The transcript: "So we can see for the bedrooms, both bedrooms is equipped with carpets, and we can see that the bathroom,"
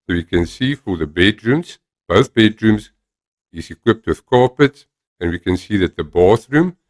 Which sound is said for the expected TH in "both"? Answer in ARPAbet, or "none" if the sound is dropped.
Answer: TH